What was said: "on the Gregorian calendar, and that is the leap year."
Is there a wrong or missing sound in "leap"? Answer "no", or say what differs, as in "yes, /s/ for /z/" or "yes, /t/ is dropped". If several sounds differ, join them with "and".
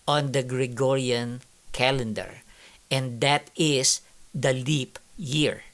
no